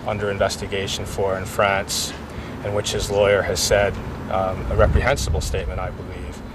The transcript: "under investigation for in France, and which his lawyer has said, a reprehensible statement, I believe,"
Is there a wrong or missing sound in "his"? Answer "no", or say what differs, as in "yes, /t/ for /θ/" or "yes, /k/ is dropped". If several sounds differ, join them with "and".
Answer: no